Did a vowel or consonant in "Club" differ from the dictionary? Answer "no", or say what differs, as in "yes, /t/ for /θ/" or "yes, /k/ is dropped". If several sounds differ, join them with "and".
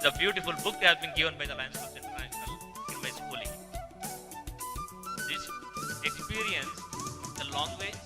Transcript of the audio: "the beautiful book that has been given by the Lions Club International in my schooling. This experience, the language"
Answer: yes, /l/ is dropped